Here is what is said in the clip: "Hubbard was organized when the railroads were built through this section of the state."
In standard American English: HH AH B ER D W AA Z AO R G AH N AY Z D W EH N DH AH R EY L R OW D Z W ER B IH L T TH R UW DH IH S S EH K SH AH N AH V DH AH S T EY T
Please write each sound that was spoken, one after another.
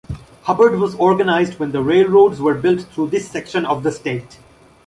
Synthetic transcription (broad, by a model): HH AH B ER D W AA Z AO R G AH N AY Z D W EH N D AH R EY L R OW D Z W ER B IH L T T R UW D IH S S EH K SH AH N AH V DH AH S T EY T